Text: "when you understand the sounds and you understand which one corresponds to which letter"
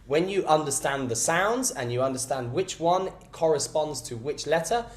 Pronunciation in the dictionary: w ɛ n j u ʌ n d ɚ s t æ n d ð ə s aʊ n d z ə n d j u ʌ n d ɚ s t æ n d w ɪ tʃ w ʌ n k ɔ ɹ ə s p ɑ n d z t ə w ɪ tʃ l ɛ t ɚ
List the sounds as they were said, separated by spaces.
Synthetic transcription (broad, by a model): w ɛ n j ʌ ʌ n d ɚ s t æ n ð ə s aʊ n d z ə n j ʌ ʌ n d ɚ s t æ n d w ɪ tʃ w ʌ n k ɔ ɹ ə s p ɑ n d z t ə w ɪ tʃ l ɛ t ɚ